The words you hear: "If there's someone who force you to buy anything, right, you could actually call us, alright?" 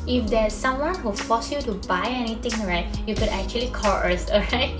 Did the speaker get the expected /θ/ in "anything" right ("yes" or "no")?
no